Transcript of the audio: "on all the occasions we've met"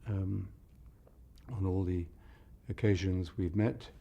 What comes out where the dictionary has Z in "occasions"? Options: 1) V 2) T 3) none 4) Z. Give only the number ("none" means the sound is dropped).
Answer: 4